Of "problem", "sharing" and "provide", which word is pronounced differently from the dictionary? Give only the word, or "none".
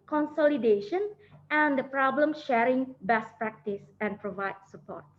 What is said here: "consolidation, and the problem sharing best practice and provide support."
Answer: none